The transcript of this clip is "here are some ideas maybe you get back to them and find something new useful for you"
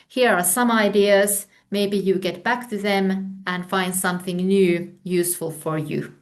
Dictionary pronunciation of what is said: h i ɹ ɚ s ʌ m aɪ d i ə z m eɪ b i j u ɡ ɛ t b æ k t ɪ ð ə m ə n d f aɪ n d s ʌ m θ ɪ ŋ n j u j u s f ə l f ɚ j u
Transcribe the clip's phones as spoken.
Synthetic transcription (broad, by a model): h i ɹ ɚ s ʌ m aɪ d i ə z m eɪ b i j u ɡ ɛ t b æ k t ɪ ð ə m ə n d f aɪ n d s ʌ m θ ɪ ŋ n j u j u s f ə l f ɚ j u